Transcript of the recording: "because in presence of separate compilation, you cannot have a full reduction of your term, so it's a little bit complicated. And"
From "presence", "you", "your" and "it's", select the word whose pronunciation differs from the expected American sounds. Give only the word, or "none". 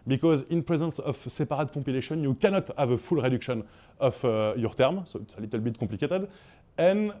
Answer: none